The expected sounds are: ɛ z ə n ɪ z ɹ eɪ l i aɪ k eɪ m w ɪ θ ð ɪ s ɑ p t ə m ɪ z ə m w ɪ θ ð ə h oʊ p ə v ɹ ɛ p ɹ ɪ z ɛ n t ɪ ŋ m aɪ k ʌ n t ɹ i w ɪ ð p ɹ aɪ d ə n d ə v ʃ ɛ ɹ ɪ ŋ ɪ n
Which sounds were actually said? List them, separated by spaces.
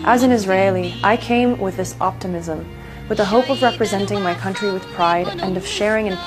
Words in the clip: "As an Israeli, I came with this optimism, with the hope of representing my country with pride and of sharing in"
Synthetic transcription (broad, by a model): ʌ z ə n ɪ z ɹ eɪ l i aɪ k eɪ m w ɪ ð ɪ s ɑ p t ə m ɪ z ə m w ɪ ð ə h oʊ p ə v ɹ ɛ p ɹ ɪ z ɛ n t ɪ ŋ m aɪ k ʌ n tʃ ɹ i w ɪ ð p ɹ aɪ d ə n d ə v ʃ ɛ ɹ ɪ ŋ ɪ n